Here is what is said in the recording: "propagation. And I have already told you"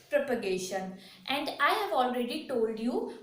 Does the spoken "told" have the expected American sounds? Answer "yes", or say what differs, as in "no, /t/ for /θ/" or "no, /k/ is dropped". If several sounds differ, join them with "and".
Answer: yes